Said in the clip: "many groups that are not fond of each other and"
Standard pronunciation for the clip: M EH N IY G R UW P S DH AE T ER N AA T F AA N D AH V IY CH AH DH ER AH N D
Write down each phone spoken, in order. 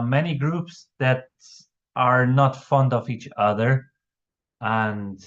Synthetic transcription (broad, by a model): M EH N IY G R UW P S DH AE T ER N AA T F AA N D AH V IY CH AH DH ER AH N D